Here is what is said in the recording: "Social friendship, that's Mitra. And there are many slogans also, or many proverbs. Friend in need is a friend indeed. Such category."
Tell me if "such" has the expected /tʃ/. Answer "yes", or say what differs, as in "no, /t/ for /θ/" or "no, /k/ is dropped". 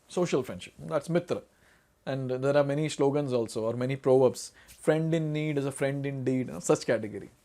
no, /s/ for /tʃ/